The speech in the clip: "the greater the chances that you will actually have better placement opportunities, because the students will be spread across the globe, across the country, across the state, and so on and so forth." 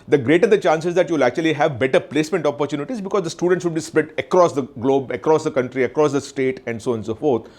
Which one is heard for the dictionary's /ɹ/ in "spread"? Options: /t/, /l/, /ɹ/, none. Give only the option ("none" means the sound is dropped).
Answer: none